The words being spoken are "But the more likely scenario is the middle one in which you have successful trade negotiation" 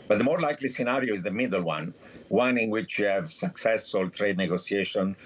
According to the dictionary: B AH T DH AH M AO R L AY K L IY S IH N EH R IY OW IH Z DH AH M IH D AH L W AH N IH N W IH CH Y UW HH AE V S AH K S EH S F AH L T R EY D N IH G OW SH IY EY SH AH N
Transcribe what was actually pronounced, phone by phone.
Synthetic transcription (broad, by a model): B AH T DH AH M AO R L AY K L IY S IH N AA R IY OW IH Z DH AH M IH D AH N W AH N IH N W IH CH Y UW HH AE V S AH K S EH S F AH L T R EY D N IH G OW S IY EY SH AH N